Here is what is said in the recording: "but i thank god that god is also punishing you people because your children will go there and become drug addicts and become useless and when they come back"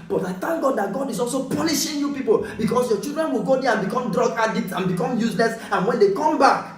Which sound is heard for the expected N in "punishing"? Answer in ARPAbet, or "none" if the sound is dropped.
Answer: L